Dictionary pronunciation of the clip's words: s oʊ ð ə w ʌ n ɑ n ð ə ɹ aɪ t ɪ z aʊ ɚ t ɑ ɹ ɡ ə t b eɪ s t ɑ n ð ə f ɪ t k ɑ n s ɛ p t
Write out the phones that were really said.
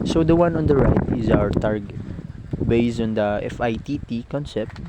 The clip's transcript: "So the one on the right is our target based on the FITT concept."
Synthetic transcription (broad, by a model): s oʊ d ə w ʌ n ɑ n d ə ɹ aɪ t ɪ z aʊ ɚ t ɑ ɹ ɡ ə t b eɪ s ɑ n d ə f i t k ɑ n s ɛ p t